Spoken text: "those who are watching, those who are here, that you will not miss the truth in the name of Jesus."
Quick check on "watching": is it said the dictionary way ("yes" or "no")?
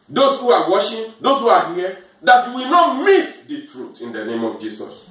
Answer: no